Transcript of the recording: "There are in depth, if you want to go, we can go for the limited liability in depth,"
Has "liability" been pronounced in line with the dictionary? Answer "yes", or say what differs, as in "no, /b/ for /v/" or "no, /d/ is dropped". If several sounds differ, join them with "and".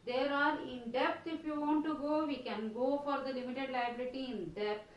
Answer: yes